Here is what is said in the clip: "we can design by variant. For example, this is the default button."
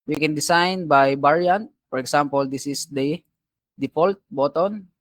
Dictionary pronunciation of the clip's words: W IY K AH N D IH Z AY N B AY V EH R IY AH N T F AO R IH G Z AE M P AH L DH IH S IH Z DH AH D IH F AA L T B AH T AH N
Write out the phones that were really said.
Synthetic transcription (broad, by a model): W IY K AH N D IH S AY N B AY B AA R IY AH N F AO R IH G S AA M P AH L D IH S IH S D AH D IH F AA L T B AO T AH N